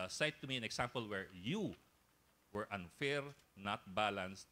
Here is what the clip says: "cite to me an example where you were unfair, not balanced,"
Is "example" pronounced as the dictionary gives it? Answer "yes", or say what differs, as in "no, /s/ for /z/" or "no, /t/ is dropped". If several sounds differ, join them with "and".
no, /s/ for /z/